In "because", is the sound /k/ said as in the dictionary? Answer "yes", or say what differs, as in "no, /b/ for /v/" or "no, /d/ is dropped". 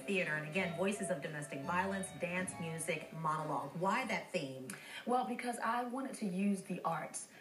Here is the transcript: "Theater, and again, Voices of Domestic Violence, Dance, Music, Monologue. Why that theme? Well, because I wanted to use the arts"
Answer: yes